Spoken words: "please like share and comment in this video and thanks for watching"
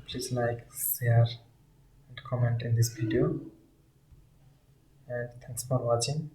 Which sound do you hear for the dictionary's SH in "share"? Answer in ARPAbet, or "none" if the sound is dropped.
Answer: S